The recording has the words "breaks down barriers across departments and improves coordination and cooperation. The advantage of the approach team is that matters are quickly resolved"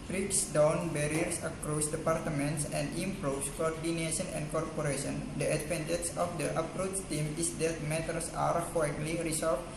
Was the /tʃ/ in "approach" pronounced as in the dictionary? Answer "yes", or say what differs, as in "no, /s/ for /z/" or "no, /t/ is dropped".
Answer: no, /s/ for /tʃ/